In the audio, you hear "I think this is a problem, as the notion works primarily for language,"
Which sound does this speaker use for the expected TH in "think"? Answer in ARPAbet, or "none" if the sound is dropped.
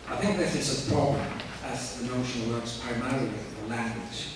TH